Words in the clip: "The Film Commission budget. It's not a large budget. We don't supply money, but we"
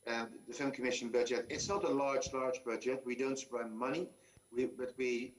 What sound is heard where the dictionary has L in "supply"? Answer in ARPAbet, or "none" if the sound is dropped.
none